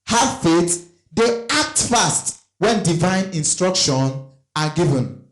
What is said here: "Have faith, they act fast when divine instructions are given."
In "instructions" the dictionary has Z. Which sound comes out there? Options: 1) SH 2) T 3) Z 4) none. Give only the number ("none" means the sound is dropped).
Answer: 4